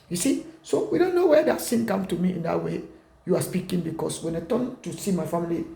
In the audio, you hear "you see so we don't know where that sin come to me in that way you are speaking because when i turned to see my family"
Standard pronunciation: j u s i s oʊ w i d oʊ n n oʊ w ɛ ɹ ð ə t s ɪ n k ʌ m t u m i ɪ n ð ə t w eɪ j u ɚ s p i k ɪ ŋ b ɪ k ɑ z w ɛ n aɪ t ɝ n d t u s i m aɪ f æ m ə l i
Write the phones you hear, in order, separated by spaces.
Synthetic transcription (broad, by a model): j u s i s oʊ w i d oʊ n n oʊ w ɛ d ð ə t s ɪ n k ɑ m t u m i ɪ n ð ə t w eɪ j u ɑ s p i k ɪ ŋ b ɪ k ɑ s w ɛ n aɪ t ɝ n t u s i m aɪ f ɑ m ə l i